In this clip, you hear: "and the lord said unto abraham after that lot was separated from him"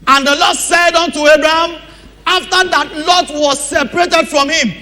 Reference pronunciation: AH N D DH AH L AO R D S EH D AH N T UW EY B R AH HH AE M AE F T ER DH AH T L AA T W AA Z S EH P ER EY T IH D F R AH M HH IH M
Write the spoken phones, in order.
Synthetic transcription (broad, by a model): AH N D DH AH L AO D S EH D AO N T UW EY B R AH HH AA M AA F T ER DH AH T L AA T W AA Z S EH P ER EY T IH D F R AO M HH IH M